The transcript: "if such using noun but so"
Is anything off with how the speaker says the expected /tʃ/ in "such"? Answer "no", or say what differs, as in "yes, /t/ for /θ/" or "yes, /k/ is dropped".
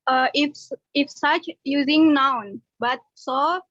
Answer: no